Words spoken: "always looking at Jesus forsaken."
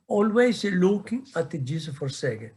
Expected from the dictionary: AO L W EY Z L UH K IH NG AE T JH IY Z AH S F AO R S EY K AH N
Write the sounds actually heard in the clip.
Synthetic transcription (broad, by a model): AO L W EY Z L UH K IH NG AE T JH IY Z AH F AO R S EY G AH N